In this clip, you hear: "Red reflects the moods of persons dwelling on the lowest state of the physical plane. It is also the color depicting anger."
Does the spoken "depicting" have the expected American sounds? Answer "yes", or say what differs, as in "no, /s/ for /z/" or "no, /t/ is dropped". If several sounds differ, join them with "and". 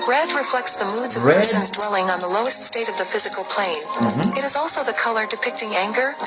yes